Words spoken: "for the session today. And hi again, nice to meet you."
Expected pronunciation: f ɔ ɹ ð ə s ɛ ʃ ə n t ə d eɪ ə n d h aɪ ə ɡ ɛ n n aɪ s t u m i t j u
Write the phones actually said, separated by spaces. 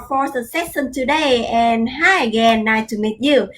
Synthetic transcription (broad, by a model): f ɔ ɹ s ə s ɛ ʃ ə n t ə d eɪ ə n h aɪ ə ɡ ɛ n n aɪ t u m i t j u